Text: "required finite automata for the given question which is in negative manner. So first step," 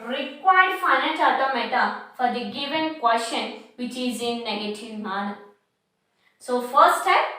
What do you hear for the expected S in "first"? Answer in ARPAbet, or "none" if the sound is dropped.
none